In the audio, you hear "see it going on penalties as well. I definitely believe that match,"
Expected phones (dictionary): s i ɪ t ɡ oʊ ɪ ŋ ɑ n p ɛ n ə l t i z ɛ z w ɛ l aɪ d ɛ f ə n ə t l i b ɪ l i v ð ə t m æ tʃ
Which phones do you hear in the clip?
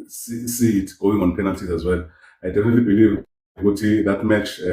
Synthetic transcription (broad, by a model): s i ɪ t ɡ oʊ ɪ ŋ ɑ n p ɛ n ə l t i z ɛ z w ɛ l aɪ d ɛ f ə n ə t l i b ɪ l i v ð ə t m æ tʃ